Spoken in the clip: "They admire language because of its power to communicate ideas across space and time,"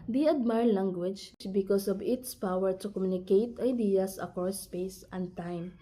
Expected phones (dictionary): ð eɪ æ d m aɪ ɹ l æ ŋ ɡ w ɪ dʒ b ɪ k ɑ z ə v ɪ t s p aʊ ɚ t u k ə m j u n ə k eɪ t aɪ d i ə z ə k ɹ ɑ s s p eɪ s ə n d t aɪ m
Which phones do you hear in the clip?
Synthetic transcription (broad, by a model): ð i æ d m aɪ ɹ l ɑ ŋ ɡ w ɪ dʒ b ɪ k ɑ s ə v ɪ t s p aʊ ɚ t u k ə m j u n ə k eɪ t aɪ d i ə s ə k ɑ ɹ s p eɪ s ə n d t aɪ m